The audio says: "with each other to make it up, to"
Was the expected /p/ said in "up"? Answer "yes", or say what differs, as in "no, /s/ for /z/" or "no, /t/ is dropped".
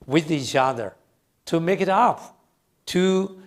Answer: no, /f/ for /p/